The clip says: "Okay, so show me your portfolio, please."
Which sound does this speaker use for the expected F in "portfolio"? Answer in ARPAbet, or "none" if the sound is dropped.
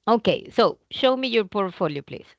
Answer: F